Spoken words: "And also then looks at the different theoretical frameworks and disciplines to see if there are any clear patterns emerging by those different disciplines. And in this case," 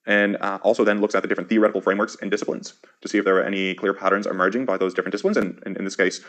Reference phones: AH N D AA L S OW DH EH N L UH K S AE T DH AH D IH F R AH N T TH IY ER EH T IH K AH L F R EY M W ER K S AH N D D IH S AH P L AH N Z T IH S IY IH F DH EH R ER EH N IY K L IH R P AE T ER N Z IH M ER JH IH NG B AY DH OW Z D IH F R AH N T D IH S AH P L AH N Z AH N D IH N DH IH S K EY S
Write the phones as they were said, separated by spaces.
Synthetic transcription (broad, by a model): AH N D AA L S OW DH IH N L UH K S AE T DH AH D IH F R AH N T TH IY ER EH T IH K L F R EY M W ER K S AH N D D IH S AH P L AH N Z T IH S IY IH F DH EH R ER EH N IY K L IH R P AE T ER N Z IH M ER JH IH NG B AY DH OW Z D IH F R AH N D IH S AH P L AH N Z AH N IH IH N DH IH S K EY S